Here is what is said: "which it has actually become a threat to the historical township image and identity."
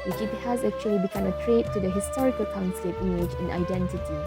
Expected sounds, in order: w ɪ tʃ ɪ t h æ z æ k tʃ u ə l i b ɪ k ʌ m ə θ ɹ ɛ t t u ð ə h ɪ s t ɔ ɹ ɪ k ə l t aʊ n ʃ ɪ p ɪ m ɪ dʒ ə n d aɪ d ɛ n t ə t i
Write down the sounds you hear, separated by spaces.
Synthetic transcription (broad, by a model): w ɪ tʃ ɪ t h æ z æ k tʃ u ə l i b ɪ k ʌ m ə t ɹ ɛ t t u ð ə h ɪ s t ɔ ɹ ɪ k ə l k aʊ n s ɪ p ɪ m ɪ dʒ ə n aɪ d ɛ n t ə t i